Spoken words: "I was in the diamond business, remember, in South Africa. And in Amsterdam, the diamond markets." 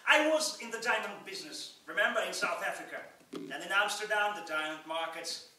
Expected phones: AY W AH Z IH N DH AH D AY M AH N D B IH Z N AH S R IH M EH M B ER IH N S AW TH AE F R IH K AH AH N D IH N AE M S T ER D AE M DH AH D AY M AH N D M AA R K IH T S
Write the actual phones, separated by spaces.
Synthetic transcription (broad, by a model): AY W AH Z IH N DH AH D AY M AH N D B IH Z N AH S R IH M EH M B ER IH N S AW TH AE F R IH K AH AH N IH N AE M S T ER D AE M DH AH D AY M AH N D M AA R K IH T S